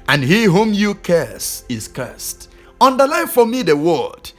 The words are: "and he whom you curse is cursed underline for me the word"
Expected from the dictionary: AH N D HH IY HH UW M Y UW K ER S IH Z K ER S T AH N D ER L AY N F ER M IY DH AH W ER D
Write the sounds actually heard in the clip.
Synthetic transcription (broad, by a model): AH N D HH IY HH UW M Y UW K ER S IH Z K ER S T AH N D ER L AY F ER M IY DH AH W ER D